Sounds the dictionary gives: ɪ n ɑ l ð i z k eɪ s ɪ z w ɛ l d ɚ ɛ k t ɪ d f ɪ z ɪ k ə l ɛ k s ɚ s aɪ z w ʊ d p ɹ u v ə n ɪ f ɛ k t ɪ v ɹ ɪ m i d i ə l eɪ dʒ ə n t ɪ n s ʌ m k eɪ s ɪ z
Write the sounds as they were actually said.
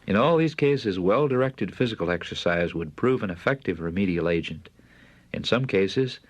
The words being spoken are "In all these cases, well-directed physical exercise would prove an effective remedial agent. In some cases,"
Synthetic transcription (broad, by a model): ɪ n ɑ l ð i z k eɪ s ɪ z w ɛ l d ɚ ɛ k t ɪ d f ɪ z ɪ k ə l ɛ k s ɚ s aɪ z w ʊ d p ɹ u v ə n ɪ f ɛ k t ɪ v ɹ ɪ m i d i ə l eɪ dʒ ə n t ɪ n s ʌ m k eɪ s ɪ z